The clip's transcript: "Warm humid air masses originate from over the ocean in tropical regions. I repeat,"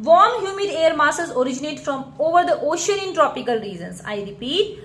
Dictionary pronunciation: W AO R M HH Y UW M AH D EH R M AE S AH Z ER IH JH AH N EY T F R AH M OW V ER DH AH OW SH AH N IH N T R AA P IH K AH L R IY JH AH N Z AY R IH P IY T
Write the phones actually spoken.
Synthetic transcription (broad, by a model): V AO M HH Y UW M AH D EH R M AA S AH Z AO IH JH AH N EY T F R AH M OW V ER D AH OW SH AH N IH N T R AA P IH K AH L R IY Z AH N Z AY R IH P IY T